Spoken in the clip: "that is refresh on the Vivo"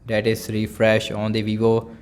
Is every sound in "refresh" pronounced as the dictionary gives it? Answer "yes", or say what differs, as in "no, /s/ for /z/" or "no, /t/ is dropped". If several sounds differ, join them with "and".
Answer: yes